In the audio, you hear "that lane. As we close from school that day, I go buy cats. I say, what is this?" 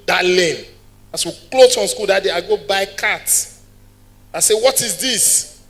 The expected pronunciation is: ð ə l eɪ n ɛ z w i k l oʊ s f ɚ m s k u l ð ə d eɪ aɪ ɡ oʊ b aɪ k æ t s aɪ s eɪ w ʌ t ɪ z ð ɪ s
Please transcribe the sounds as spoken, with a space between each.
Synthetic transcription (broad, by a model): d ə l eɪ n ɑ s w i k l oʊ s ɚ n s k u l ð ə d eɪ aɪ ɡ oʊ b aɪ k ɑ t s aɪ s eɪ w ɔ t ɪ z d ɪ s